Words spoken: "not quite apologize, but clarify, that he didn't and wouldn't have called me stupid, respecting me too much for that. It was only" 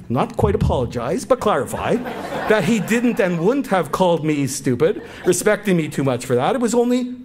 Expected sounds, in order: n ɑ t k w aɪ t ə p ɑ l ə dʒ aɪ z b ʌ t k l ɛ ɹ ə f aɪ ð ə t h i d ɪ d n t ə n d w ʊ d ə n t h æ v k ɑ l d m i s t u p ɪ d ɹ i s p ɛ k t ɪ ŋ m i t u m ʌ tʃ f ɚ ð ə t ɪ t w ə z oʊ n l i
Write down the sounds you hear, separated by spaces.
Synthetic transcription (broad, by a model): n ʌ t k w aɪ t ə p ɑ l ə dʒ aɪ z b ʌ t k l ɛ ɹ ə f aɪ ð ə t h i d ɪ d n t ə n w ʊ d n t h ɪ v k ɑ l d m i s t u p ɪ d ɹ i s p ɛ k t ɪ ŋ m i t u m ʌ tʃ f ɚ ð ə t ɪ t w ə z oʊ n l i